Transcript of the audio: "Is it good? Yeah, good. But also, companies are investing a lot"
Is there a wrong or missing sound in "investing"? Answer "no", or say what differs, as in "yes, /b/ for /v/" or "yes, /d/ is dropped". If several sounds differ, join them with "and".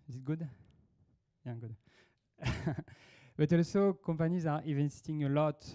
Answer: yes, /n/ is dropped